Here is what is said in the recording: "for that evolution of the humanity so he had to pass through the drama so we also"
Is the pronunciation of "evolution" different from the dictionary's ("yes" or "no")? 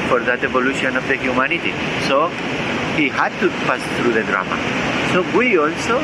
yes